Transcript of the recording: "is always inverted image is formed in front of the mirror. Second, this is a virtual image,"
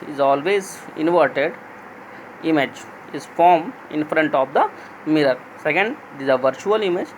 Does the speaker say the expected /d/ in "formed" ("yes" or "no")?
no